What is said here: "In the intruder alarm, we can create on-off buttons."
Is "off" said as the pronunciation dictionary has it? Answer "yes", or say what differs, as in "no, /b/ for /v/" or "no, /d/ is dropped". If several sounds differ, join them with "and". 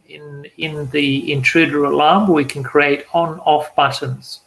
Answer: yes